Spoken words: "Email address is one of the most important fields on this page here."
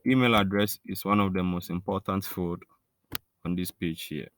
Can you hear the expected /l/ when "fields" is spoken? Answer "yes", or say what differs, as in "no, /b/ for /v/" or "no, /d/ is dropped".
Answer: no, /l/ is dropped